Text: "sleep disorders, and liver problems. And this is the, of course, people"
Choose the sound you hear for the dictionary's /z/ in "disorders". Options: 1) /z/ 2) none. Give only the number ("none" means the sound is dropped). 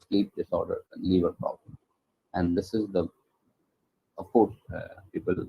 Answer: 2